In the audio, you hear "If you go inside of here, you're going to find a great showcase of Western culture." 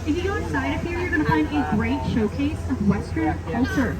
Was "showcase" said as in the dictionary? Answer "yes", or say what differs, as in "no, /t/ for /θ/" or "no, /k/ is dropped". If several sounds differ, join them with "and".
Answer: yes